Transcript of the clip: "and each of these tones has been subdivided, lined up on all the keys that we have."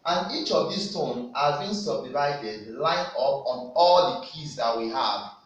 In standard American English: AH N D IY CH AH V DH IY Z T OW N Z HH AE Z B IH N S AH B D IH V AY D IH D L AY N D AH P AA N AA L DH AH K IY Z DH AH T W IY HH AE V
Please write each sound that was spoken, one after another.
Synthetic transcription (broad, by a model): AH N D IY CH AH V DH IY S T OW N HH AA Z B IH N S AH B D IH V AY D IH D L AY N AH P AA N AA L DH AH K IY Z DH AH T W IY HH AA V